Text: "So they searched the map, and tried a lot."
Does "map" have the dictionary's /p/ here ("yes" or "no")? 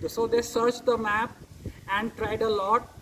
yes